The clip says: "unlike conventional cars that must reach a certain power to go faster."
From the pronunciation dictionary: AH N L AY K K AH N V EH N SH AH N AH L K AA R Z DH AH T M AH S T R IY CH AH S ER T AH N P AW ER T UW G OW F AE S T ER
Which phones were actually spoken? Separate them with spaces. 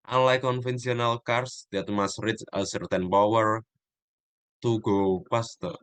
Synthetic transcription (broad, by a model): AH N L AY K K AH N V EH N S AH N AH L K AA R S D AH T M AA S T R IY S AH S ER T AH N P AW ER T UW G OW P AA S T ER